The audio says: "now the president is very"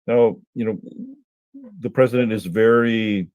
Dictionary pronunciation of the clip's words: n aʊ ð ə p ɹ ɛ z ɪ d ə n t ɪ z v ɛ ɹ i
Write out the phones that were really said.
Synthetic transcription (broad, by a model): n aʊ ð ə p ɹ ɛ z ɪ d ə n t ɪ z v ɛ ɹ i